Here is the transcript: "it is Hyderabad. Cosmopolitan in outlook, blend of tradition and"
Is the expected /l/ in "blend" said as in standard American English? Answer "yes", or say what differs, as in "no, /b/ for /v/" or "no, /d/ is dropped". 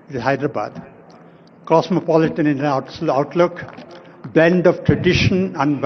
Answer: no, /l/ is dropped